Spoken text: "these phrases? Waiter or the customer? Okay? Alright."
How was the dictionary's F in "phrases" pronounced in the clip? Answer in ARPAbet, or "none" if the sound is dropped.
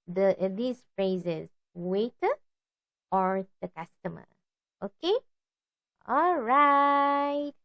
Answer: F